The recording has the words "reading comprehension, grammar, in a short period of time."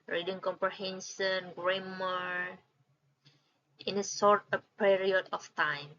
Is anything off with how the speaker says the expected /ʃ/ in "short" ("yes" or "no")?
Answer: yes